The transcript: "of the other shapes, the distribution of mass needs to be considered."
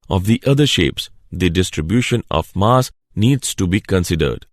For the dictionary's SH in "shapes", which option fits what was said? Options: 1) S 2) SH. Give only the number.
2